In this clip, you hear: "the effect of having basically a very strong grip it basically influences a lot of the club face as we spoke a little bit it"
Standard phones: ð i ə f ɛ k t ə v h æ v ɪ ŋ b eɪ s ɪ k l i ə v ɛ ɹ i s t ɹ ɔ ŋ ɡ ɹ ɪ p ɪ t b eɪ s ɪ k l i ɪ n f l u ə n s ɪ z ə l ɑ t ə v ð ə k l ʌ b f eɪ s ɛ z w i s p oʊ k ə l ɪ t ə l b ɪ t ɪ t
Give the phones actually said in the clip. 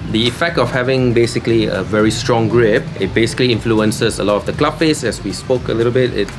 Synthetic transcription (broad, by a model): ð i ə f ɛ k t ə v h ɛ v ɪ ŋ b eɪ s ɪ k l i ə v ɛ ɹ i s t ɹ ɔ ŋ ɡ ɹ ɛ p ɪ t b eɪ s ɪ k l i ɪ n f l u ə n s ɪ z ə l ɑ t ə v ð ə k l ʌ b p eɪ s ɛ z w i s p oʊ k ə l ɪ t ə l b ɪ t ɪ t